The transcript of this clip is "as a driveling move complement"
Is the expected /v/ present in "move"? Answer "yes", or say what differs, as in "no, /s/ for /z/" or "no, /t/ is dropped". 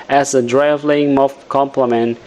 no, /f/ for /v/